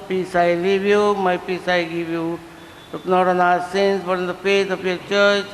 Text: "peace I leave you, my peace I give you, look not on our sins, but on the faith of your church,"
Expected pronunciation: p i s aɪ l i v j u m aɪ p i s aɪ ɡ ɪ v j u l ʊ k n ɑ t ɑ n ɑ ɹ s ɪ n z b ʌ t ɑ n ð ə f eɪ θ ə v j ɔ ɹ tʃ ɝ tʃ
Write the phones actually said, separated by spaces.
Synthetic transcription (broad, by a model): p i s aɪ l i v j u m aɪ p i s aɪ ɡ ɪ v j u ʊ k n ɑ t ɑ n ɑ s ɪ n s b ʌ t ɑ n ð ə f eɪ t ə p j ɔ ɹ tʃ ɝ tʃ